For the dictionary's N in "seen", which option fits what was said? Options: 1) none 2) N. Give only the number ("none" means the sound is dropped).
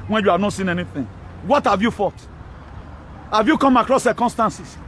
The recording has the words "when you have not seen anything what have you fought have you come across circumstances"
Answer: 2